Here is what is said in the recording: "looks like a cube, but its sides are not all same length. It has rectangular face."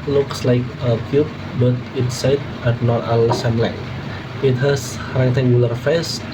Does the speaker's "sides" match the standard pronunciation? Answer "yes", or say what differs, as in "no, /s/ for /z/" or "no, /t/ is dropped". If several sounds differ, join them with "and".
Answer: no, /z/ is dropped